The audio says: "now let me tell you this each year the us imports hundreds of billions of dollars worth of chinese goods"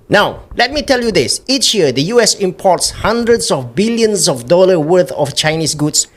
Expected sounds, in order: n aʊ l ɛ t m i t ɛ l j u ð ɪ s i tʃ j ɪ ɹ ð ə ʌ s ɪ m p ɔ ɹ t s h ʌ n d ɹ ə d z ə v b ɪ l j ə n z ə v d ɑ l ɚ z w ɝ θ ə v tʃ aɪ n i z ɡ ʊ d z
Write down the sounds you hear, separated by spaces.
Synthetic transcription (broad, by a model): n aʊ l ɛ t m i t ɛ l j u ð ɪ s i tʃ j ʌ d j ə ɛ s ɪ m p ɔ t s h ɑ n d ɹ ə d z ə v b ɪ l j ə n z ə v d ɑ l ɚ w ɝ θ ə f tʃ aɪ n i s ɡ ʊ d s